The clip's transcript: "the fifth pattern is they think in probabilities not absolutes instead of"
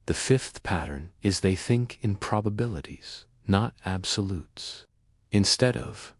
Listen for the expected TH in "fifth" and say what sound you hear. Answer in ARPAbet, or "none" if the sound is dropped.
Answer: TH